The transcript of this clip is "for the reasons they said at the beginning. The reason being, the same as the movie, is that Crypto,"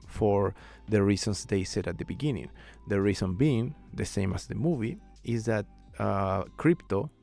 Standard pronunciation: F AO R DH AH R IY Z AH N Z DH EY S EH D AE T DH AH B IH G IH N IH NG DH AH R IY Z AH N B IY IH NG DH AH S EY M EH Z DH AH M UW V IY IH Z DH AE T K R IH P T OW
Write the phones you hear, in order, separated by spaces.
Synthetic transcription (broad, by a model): F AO R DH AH R IY S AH N S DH EY S EH D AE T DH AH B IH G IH N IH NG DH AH R IY S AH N B IY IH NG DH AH S EY M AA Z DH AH M UW V IY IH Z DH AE T K R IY P T OW